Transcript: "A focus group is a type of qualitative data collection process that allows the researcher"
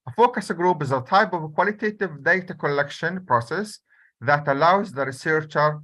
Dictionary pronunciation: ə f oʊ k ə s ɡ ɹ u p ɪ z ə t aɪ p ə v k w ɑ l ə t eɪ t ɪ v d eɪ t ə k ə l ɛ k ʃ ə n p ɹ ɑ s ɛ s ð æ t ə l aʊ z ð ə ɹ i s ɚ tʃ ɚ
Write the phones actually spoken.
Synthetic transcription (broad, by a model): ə f oʊ k ə s ɡ ɹ u p ɪ z ə t aɪ p ə v k w ɑ l ə t eɪ t ɪ v d eɪ t ə k ə l ɛ k ʃ ə n p ɹ ɑ s ɛ s ð æ t ə l aʊ z ð ə ɹ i s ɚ tʃ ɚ